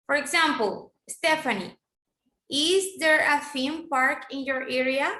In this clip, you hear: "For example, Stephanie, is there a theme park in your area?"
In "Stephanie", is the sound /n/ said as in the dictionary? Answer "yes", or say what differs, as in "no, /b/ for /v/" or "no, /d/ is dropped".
yes